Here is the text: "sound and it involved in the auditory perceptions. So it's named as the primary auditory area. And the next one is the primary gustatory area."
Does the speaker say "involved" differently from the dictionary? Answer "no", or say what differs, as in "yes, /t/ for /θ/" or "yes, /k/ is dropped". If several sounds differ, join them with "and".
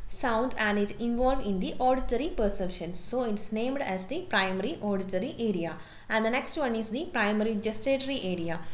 yes, /d/ is dropped